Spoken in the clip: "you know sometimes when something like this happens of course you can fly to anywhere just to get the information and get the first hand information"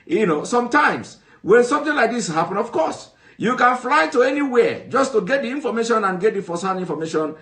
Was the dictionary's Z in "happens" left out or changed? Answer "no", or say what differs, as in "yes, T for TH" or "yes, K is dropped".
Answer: yes, Z is dropped